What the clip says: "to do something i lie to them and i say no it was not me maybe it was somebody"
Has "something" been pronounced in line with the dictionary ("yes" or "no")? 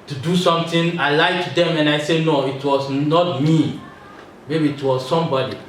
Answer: no